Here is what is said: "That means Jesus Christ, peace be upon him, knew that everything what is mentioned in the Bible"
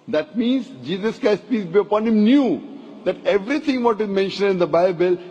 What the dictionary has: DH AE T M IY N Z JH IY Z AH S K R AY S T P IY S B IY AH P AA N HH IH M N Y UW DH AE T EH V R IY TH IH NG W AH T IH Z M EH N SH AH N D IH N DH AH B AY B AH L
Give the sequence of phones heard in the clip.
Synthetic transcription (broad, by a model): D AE T M IY N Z JH IY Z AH S K R AY S T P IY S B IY AH P AA N HH IH M N Y UW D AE T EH V R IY T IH NG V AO T IH Z M EH N SH AH N D IH N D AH B AY B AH L